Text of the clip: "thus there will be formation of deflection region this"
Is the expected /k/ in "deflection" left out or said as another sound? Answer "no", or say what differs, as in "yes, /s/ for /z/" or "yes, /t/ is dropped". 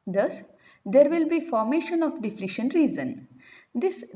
yes, /k/ is dropped